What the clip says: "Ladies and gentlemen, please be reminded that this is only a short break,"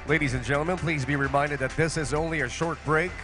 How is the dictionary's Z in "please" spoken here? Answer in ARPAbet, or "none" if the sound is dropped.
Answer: Z